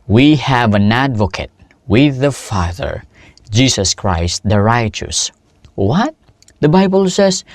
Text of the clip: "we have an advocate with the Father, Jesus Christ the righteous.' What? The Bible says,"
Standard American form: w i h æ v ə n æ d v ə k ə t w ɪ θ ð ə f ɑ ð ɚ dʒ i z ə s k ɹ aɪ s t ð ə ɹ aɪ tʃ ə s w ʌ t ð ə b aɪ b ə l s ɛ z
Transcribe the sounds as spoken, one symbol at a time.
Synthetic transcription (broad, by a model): w i h æ v ə n æ d v ə k ə t w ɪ ð ə f ɑ ð ɚ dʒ i s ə s k ɹ aɪ s t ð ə ɹ aɪ tʃ ə s w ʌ t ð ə b aɪ b ə l s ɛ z